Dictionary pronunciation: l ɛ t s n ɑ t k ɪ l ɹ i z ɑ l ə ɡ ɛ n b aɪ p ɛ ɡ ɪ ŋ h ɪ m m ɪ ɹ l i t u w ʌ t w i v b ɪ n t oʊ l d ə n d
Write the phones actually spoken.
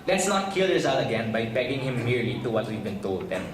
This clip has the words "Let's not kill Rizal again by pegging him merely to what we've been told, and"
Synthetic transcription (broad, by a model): l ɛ t s n ɑ t k ɪ l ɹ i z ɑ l ə ɡ ɛ n b aɪ b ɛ ɡ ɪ ŋ h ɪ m m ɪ ɹ l i t u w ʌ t w i v b ɪ n t oʊ l d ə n